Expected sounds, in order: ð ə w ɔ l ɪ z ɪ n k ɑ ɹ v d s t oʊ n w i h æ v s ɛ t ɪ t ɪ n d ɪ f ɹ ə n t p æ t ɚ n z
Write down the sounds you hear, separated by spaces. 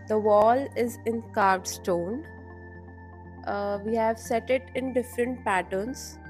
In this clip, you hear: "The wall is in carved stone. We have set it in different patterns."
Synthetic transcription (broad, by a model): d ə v ɔ l ɪ z ɪ n k ɑ ɹ d s t oʊ n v i h æ v s ɛ t ɪ t ɪ n d ɪ f ɹ ə n t p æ t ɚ n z